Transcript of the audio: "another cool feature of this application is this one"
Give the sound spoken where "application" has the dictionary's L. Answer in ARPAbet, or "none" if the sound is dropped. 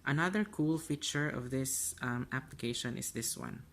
L